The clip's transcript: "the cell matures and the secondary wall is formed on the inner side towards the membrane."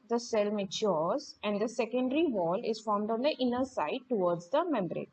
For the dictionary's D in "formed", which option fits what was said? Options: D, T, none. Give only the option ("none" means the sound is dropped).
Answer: D